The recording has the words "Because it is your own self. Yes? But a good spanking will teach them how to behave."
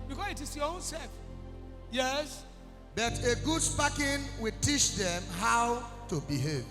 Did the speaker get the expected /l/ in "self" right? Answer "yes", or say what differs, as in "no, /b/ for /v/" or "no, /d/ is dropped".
no, /l/ is dropped